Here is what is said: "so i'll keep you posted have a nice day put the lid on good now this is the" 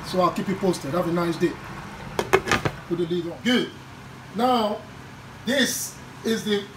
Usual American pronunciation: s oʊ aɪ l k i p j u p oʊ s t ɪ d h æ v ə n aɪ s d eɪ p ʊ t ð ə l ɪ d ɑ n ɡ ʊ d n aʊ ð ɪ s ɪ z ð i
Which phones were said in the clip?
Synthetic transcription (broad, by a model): s oʊ aɪ l k i p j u p oʊ s t ɪ d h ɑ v ə n aɪ s d eɪ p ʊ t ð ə l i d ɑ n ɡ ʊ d n aʊ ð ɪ s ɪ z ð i